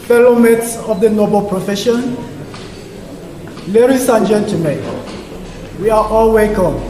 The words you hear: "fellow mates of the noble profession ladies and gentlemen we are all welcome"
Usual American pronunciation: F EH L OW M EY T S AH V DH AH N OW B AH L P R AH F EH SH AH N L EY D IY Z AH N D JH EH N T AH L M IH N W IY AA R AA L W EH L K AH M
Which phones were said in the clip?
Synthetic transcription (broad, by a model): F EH L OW M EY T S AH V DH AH N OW B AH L P R AH F EH SH AH N L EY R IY S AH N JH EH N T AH M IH W IY AA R AA L W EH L K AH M